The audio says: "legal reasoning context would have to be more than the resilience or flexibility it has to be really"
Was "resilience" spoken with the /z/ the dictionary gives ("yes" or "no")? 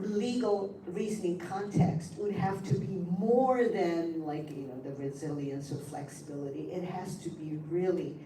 yes